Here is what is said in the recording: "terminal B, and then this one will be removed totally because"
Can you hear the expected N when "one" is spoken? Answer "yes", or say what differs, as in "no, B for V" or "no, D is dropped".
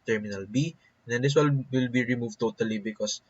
no, L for N